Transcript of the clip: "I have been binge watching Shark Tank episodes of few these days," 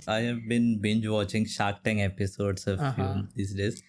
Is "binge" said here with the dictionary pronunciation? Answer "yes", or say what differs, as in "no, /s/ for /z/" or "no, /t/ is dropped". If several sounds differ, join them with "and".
yes